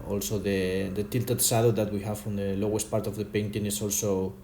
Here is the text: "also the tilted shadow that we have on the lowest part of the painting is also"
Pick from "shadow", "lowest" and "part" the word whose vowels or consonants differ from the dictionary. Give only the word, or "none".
shadow